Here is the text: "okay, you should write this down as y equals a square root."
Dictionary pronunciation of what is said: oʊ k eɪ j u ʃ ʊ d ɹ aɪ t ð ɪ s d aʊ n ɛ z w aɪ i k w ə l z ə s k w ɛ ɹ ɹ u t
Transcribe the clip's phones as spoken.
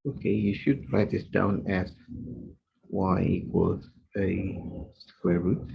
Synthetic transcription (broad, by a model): oʊ k eɪ j u ʃ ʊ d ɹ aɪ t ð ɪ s d aʊ n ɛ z w aɪ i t w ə z ə s k w ɛ ɹ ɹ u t